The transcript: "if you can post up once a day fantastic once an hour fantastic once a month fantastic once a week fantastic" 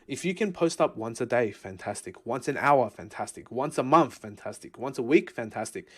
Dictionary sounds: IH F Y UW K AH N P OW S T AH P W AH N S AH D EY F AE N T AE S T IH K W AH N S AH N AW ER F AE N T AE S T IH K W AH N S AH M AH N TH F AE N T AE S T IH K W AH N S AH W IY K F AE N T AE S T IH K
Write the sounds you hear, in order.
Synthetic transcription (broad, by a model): IH F Y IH K AH N P OW S T AH P W AH N S AH D EY F AE N T AE S T IH K W AH N S AH N AW ER F AE N T AE S T IH K W AH N S AH M AH N TH F AE N T AE S T IH K W AH N S AH W IY K F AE N T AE S T IH K